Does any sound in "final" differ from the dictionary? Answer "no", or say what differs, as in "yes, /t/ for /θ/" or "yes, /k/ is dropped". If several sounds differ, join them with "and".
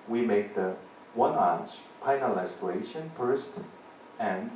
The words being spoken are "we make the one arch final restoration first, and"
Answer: yes, /p/ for /f/